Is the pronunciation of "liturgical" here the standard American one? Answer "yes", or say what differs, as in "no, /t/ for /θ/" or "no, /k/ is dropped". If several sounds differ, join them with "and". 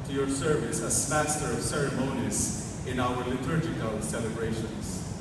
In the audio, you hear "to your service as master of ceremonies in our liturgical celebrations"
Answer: no, /tʃ/ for /dʒ/